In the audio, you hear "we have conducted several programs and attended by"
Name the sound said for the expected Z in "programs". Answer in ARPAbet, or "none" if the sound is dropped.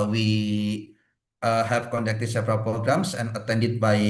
S